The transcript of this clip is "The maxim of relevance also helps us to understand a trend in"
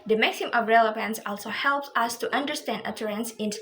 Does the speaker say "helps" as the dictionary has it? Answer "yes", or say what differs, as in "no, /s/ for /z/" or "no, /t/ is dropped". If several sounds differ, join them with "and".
yes